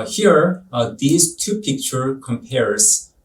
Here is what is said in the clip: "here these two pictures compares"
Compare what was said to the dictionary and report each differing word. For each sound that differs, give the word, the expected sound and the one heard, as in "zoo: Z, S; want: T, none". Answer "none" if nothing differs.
pictures: Z, none